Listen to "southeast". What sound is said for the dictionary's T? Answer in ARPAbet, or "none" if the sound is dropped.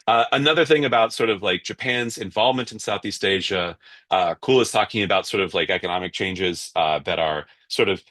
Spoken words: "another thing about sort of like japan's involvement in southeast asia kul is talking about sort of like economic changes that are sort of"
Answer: T